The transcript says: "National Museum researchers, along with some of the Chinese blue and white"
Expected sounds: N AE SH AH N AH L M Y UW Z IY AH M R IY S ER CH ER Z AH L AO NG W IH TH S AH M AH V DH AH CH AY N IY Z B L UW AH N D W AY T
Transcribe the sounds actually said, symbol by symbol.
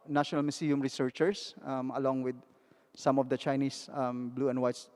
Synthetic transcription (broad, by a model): N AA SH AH N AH L M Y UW S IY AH M R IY S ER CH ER S AH L AO NG W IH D S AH M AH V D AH CH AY N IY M B L UW AH N D W AY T